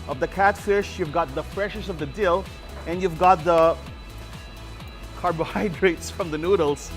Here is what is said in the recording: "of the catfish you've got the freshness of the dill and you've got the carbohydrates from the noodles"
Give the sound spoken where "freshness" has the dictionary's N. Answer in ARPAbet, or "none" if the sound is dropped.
none